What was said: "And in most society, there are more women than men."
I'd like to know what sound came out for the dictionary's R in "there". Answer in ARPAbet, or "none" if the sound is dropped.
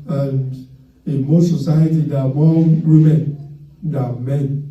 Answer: W